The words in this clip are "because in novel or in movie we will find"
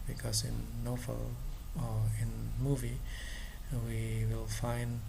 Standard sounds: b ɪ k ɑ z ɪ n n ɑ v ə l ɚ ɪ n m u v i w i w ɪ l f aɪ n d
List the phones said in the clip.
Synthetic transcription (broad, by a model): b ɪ k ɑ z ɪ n n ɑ f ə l ɪ n m u v i w i w ɪ l f aɪ n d